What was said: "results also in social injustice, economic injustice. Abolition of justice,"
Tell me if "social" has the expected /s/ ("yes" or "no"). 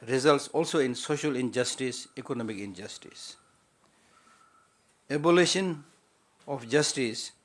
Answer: yes